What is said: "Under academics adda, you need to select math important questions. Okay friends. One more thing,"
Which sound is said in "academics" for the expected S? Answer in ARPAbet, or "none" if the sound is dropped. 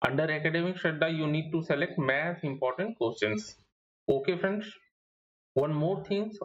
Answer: SH